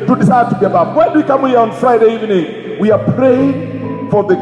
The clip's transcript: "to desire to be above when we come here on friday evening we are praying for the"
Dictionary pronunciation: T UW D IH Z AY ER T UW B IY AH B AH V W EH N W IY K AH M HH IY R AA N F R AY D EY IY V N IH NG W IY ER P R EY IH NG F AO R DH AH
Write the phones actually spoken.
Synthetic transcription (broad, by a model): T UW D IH S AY T UW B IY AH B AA P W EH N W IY K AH M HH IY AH AA N F R AY D EY IY V N IH NG W IY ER P R EY IH NG F AO R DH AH